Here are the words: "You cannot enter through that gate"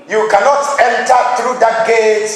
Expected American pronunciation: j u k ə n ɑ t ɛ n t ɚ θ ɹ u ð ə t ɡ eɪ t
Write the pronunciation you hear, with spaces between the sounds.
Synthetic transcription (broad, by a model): j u k ə n ɑ t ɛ n t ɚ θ ɹ u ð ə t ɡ eɪ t